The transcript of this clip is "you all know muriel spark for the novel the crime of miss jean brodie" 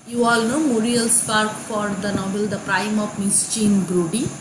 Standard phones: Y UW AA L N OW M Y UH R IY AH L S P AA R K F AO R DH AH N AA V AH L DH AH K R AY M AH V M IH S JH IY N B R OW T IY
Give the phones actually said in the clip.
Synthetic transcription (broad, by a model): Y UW AA L N OW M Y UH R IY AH L S P AA R K F AO R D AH N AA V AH L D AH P R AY M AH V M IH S CH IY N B R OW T IY